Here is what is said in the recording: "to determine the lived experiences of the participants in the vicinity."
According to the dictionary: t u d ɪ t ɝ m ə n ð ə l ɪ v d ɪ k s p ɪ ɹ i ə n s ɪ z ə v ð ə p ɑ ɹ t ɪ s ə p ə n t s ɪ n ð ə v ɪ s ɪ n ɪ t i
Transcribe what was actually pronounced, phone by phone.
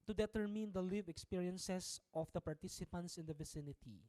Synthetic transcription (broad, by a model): t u d ɪ t ɝ m ə n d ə l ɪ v ɪ k s p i ɹ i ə n s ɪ s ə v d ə p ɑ ɹ t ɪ s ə p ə n t s ɪ n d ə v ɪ s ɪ n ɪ t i